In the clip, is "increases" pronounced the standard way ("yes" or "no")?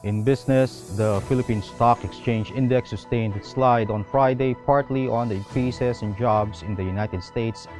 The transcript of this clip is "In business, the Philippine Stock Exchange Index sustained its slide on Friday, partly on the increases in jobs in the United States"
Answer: no